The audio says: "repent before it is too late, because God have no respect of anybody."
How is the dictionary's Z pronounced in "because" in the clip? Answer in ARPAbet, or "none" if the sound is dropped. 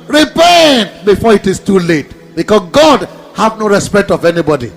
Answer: S